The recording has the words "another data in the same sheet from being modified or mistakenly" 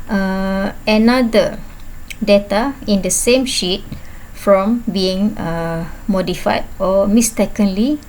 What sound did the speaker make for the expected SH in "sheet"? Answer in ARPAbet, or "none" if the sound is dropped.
SH